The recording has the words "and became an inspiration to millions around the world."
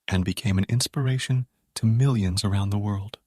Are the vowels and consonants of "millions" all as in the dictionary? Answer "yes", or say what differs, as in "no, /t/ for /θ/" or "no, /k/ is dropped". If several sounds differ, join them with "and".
yes